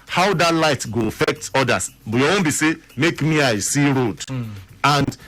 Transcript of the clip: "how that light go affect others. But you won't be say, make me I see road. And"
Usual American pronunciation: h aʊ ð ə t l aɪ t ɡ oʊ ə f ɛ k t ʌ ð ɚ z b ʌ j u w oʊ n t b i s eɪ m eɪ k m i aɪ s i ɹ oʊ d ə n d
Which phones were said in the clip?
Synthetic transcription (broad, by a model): h aʊ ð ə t l aɪ t ɡ oʊ ə f ɛ k t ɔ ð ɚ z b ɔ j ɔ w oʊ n b i s eɪ m eɪ k m i aɪ s i ɹ oʊ d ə n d